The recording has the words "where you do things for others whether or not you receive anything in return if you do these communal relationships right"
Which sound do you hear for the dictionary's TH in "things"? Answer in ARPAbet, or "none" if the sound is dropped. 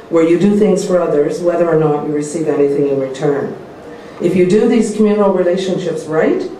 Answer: TH